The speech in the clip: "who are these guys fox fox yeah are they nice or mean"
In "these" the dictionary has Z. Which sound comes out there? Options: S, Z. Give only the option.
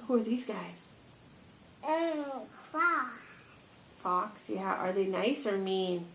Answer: Z